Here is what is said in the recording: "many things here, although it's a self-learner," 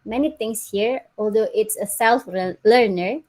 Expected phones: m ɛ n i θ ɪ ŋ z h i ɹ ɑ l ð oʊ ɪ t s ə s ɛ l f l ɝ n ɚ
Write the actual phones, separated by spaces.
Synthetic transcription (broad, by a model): m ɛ n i t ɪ ŋ s h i ɹ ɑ l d oʊ ɪ t s ə s ɛ l f l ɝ n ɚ